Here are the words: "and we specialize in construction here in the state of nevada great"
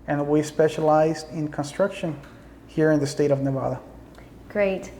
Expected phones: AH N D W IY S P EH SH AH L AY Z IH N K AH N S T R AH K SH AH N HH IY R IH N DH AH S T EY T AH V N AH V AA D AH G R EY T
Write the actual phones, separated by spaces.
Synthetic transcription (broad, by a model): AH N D W IY S P EH SH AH L AY Z IH N K AH N S T R AH K SH AH N HH IY R IH N DH AH S T EY T AH V N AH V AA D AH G R EY T